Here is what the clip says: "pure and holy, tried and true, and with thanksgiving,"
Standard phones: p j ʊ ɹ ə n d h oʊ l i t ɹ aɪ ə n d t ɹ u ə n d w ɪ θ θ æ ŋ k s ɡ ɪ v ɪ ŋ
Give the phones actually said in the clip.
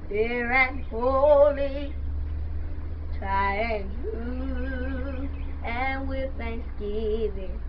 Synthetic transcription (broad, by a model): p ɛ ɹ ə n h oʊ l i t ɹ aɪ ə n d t u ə n w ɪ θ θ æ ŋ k s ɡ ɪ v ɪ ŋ